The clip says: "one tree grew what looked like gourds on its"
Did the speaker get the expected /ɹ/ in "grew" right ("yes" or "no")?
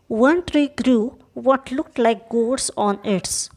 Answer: yes